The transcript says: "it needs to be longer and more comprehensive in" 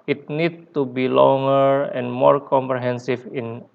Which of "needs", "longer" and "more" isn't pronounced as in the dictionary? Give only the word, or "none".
needs